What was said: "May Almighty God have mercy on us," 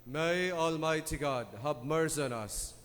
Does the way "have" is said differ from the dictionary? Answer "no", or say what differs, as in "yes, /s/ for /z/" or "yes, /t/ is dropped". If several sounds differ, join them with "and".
yes, /b/ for /v/